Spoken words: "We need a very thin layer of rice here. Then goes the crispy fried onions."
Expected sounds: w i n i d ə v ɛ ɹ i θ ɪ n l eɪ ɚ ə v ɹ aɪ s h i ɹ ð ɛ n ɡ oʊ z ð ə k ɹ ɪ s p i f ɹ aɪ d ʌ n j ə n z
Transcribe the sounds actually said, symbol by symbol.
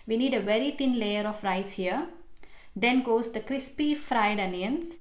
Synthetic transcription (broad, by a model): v i n i d ə v ɛ ɹ i t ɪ n l eɪ ɚ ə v ɹ aɪ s h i ɹ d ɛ n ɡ oʊ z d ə k ɹ ɪ s p i f ɹ aɪ d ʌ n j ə n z